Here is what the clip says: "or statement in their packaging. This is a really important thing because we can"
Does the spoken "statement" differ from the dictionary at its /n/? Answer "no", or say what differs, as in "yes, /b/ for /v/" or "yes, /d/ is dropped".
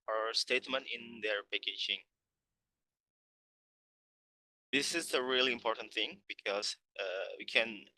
no